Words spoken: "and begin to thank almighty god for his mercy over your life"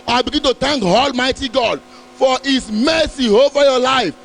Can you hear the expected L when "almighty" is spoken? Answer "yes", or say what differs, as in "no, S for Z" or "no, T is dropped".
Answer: yes